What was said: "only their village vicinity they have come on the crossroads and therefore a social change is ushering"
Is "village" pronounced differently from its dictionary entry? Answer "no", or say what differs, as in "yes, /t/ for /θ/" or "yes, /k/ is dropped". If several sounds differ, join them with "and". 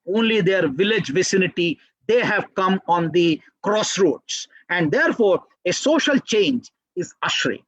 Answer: no